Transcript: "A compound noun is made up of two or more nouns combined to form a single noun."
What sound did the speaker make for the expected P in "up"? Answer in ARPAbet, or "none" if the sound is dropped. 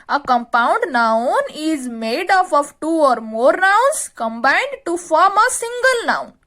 F